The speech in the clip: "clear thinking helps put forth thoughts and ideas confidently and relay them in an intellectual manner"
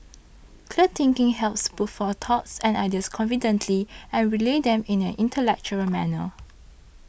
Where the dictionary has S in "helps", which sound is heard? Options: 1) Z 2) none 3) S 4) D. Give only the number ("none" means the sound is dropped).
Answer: 3